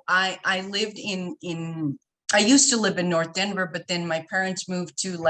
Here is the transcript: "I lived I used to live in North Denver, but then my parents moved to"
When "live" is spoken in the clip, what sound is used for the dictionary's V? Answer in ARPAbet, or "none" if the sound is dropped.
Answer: V